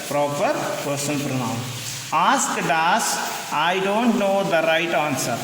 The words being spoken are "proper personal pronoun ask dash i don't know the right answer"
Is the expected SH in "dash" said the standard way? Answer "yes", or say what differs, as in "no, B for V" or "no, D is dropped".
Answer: no, S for SH